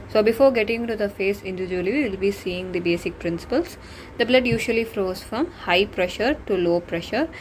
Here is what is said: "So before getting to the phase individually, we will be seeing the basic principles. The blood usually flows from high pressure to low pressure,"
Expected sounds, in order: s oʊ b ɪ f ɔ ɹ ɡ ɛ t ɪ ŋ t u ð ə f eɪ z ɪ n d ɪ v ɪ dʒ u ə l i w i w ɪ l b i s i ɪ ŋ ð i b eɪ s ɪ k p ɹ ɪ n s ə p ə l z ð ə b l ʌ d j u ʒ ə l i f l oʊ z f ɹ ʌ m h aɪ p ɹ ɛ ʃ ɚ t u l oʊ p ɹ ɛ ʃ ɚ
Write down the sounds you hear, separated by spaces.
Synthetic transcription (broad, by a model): s oʊ b ɪ f ɔ ɹ ɡ ɛ t ɪ ŋ t u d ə f eɪ s ɪ n d ɪ v ɪ dʒ u ə l i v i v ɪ l b i s i ɪ ŋ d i b eɪ s ɪ k p ɹ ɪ n s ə p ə l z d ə b l ʌ d j u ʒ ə l i f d oʊ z f ɹ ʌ m h aɪ p ɹ ɛ ʃ ɚ t u l oʊ p ɹ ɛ ʃ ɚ